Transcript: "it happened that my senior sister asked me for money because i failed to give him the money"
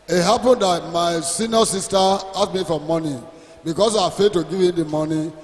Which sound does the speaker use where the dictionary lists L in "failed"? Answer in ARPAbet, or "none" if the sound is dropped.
none